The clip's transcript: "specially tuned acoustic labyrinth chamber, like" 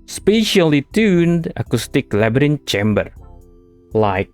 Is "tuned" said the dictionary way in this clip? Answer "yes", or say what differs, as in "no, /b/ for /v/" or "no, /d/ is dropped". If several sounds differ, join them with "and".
yes